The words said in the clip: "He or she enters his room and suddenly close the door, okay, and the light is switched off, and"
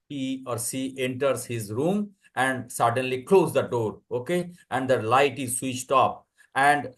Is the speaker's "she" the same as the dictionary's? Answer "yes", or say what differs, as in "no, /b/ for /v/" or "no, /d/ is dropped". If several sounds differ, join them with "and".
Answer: no, /s/ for /ʃ/